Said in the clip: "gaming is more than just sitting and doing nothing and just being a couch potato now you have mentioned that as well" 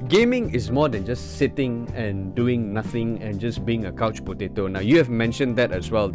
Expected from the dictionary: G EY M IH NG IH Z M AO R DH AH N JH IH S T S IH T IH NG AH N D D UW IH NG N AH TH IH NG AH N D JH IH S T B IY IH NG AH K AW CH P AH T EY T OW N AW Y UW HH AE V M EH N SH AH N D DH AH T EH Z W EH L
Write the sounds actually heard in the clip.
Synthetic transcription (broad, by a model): G EY M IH NG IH S M AO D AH N JH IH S S IH T IH NG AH N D D UW IH NG N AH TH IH NG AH N JH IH S B IY IH NG AH K AW CH P AH T EY T OW N AW Y UW HH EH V M EH N SH AH N D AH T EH S W EH L